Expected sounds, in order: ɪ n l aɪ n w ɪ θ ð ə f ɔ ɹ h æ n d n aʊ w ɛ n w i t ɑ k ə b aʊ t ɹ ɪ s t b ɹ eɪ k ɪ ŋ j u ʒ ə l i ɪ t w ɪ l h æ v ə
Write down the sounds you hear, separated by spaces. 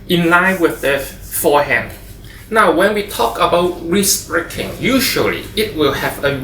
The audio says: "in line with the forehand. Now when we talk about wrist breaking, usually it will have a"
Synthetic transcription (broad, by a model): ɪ n l aɪ n w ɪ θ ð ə f ɔ h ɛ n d n aʊ w ɛ n w i t ɑ k ə b aʊ t ɹ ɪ s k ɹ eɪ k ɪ ŋ j u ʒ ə l i ɪ t w ɪ l h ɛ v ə